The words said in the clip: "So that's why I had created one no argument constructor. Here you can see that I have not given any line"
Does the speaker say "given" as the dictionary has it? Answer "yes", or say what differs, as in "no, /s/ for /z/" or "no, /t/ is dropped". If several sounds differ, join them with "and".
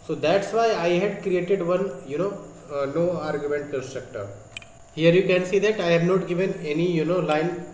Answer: yes